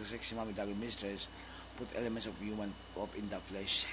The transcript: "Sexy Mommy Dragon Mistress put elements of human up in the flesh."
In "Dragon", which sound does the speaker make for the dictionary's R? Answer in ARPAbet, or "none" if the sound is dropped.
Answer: none